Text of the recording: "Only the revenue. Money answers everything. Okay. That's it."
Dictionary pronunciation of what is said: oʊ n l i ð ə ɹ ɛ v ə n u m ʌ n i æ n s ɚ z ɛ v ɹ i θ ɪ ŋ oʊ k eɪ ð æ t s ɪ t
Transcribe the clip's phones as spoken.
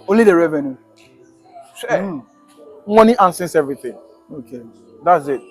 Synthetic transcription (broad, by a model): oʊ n l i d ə ɹ ɛ v ə n u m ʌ n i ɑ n s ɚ s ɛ v ɹ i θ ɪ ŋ oʊ k eɪ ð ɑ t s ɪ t